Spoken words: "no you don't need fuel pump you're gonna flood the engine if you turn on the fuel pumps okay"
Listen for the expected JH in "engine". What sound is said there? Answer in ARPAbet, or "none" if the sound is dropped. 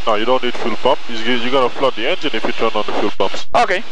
Z